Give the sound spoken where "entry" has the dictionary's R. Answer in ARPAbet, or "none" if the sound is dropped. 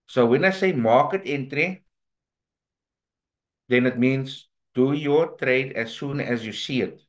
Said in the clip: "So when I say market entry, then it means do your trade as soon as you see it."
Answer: R